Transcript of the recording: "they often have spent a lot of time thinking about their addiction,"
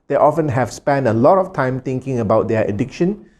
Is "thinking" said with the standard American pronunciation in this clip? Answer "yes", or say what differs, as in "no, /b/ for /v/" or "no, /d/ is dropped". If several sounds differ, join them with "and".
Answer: no, /t/ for /θ/